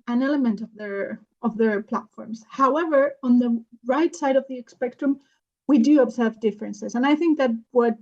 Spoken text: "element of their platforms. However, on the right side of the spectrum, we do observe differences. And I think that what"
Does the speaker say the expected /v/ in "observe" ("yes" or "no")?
yes